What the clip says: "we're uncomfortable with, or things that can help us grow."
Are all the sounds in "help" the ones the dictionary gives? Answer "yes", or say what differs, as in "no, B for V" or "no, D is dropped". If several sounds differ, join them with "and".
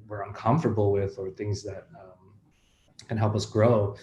yes